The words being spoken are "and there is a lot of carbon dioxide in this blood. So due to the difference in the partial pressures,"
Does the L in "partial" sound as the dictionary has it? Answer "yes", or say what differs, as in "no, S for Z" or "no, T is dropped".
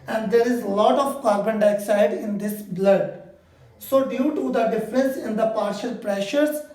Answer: yes